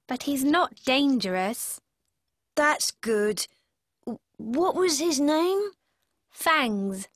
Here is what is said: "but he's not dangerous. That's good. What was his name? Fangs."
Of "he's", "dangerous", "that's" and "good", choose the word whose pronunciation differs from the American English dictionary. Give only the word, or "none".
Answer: none